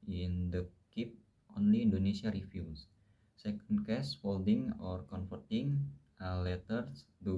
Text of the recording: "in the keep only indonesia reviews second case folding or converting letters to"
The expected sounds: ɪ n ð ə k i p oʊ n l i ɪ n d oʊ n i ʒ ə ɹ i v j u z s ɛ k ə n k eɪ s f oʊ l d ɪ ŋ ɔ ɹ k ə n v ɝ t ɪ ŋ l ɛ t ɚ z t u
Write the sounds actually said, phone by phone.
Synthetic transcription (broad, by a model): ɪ n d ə k i p oʊ n l i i n d oʊ n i s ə ɹ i f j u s s ɛ k ə n k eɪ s f oʊ l d ɪ ŋ ɔ ɹ k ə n f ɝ t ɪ ŋ l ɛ t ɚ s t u